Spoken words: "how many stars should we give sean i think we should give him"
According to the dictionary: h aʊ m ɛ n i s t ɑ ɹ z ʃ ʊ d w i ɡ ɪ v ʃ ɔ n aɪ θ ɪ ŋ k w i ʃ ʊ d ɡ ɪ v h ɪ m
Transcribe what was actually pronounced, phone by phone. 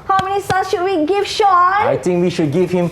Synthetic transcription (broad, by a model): h aʊ m ɛ n i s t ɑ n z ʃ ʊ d w i ɡ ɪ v ʃ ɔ aɪ t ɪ ŋ k w i ʃ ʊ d ɡ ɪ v h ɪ m